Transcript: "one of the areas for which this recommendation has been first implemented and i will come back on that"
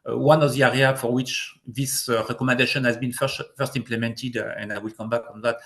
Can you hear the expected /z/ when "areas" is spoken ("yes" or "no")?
no